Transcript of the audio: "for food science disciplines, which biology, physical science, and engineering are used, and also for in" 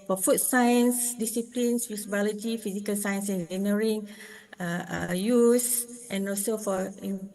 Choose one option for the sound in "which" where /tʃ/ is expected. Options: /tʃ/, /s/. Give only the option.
/s/